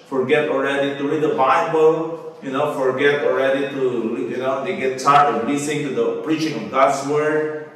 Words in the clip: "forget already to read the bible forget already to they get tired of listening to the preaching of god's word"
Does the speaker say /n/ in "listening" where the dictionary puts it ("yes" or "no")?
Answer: no